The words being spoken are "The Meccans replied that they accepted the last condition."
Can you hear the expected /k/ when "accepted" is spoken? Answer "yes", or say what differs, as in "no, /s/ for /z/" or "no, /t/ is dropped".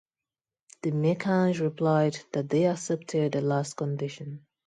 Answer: no, /k/ is dropped